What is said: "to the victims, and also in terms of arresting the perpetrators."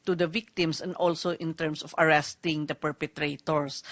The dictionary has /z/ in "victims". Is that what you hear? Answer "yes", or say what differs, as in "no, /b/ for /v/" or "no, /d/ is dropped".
no, /s/ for /z/